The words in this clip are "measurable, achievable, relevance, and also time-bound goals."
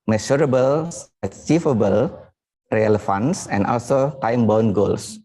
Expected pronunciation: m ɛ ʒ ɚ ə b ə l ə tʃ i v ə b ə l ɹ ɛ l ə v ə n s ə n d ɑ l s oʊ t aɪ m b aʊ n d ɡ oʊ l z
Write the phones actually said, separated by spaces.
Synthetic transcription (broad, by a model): m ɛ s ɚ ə b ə l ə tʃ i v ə b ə l ɹ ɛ l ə f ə n s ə n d ɑ l s oʊ t aɪ m b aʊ n ɡ oʊ l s